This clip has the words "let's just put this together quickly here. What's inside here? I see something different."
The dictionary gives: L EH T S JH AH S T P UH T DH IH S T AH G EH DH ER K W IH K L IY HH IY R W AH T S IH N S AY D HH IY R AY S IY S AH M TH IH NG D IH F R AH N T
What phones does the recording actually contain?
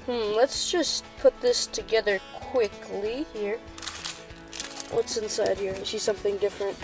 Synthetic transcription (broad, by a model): L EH T S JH AH S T P UH T DH IH S T AH G EH DH ER K W IH K L IY HH IY R W AH T S IH N S AY D HH IY R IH SH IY S AH M TH IH NG D IH F R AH N T